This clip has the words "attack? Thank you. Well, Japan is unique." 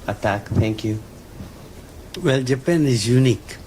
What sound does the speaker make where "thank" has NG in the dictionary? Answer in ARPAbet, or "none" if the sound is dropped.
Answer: NG